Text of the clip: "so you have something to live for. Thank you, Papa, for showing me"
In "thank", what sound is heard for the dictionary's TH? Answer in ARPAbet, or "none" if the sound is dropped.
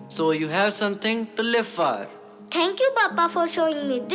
T